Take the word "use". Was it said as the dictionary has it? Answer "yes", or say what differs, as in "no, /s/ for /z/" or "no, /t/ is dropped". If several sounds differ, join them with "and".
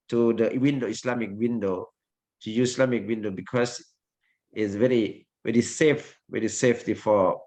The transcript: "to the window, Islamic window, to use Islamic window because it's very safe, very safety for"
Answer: no, /s/ is dropped